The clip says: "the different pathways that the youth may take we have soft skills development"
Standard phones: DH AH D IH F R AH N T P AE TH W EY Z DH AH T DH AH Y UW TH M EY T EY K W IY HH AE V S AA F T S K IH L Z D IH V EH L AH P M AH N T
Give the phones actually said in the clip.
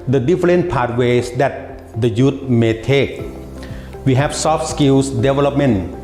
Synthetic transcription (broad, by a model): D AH D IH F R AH N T P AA T W EY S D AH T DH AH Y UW T M EY T EY K W IY HH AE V S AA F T S K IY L S D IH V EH L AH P M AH N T